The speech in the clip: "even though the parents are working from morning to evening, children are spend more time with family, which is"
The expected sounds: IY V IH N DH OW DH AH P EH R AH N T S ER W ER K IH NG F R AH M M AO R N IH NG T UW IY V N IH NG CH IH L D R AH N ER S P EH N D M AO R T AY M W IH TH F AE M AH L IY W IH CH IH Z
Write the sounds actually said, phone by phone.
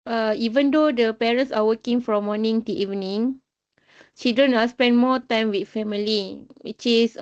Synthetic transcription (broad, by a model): IY V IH N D OW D AH P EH R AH N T S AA W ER K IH NG F R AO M M AO N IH NG T UW IY V N IH NG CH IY D AH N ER S P EH N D M AO T AY M W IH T F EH M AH L IY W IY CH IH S